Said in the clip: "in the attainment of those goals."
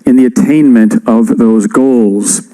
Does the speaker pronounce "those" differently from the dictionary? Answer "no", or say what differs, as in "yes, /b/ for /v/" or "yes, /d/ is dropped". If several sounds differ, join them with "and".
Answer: no